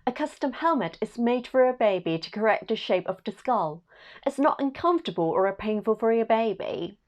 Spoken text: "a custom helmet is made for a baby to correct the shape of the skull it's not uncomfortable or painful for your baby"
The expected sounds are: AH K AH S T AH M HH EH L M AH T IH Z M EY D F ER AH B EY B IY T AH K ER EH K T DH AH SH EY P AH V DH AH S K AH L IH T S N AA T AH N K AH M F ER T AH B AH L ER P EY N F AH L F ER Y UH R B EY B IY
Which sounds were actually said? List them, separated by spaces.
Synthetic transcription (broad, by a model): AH K AH S T AH M HH EH L M AH T IH Z M EY D F ER AH B EY B IY T AH K ER EH K T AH SH EY P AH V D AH S K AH L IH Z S N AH T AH N K AH M F T AH B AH L ER P EY N F AH L F ER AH B EY B IY